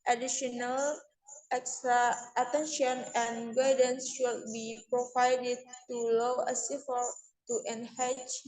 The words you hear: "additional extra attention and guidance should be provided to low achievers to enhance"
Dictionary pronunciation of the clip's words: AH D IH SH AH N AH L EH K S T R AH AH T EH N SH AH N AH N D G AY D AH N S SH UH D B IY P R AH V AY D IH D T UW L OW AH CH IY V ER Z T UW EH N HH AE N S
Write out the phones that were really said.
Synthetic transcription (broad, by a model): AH D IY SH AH N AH L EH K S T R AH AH T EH N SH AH N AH N G AY D AH N S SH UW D B IY P R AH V AY D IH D T UW L OW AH S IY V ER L T UW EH N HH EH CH